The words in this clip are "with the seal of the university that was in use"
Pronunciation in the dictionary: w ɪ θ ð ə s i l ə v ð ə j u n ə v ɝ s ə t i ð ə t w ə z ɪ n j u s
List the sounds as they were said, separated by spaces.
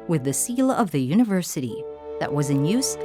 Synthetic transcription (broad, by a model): w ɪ ð ə s i l ə v ð ə j u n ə v ɝ s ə t i ð ə t w ə z ɪ n j u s